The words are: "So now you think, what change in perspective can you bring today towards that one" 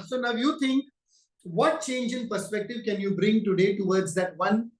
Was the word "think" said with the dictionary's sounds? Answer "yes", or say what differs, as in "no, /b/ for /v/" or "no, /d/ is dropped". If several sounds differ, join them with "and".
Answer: no, /t/ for /θ/